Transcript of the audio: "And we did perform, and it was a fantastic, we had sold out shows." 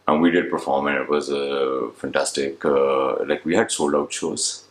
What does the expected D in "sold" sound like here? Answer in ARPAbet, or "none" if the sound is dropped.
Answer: none